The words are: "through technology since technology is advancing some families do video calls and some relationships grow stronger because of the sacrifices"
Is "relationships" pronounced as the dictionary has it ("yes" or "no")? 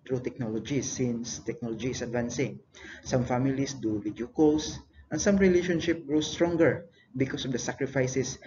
no